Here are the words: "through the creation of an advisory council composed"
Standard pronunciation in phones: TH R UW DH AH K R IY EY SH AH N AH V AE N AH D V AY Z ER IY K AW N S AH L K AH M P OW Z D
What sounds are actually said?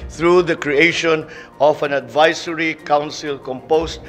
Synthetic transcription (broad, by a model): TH R UW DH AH K R IY EY SH AH N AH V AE N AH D V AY S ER IY K AW N S AH L K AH M P OW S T